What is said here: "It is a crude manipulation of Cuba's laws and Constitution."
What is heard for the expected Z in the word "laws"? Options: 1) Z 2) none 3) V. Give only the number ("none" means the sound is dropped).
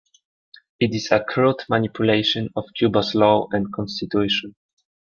2